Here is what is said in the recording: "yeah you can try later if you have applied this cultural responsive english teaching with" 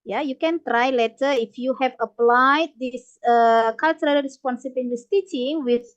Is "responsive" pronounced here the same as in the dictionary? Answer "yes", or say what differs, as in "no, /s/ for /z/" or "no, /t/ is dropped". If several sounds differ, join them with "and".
no, /b/ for /v/